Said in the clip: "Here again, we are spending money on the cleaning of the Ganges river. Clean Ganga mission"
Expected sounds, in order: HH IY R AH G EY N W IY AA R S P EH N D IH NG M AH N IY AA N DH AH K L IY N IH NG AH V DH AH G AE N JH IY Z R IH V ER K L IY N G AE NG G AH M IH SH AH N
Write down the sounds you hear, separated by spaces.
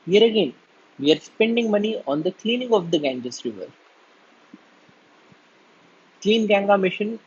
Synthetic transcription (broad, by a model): HH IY R AH G EY N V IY AA R S P EH N D IH NG M AH N IY AA N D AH K L IY N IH NG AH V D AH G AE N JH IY S R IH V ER K L IY N G AE NG G AH M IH SH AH N